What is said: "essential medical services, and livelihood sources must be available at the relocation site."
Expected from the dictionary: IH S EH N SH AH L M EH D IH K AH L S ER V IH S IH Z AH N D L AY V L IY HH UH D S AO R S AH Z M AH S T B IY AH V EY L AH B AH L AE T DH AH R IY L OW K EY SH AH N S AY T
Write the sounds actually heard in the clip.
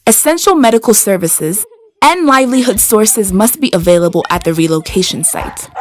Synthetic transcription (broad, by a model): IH S EH N SH L M EH D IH K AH L S ER V IH S IH Z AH N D L AY V L IY HH UH D S AO R S AH Z M AH S T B IY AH V EY L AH B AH L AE T DH AH R IY L OW K EY SH AH N S AY T